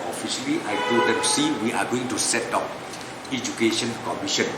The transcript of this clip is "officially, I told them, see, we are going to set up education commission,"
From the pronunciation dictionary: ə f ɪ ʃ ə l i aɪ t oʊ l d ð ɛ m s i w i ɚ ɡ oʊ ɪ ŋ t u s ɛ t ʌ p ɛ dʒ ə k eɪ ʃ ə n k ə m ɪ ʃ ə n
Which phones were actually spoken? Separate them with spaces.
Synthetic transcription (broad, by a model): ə f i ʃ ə l i aɪ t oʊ d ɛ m s i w i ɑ ɡ oʊ ɪ ŋ t u s ɛ t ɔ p ɛ dʒ ə k eɪ ʃ ə n k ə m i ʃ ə n